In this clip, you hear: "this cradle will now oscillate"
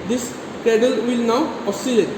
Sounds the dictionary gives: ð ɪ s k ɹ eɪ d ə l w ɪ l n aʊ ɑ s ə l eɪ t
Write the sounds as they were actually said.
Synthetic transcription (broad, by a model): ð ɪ s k eɪ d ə l w ɪ l n aʊ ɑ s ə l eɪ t